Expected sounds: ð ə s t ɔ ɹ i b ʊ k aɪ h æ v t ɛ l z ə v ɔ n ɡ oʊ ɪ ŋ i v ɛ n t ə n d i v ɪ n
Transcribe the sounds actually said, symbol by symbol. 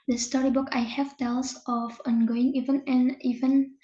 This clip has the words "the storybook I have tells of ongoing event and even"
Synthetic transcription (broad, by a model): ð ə s t ɔ ɹ i b ʊ k aɪ h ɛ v t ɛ l s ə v ɔ n ɡ oʊ ɪ ŋ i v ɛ n ə n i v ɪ n